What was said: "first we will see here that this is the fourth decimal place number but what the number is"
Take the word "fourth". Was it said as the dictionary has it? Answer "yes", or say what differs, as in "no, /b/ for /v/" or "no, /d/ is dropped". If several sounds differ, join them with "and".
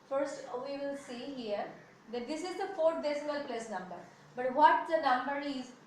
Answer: no, /t/ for /θ/